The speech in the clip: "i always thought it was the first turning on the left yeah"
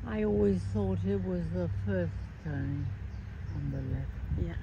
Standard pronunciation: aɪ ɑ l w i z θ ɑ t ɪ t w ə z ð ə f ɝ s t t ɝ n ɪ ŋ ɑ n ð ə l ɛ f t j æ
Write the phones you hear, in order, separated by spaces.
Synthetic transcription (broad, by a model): aɪ ɑ l w i z θ ɑ t ɪ t w ə z ð ə f ɝ s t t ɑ ɪ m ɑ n ð ə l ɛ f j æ